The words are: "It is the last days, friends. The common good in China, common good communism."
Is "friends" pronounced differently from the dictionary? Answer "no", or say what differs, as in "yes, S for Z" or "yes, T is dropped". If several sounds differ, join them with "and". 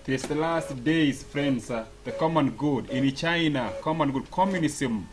yes, S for Z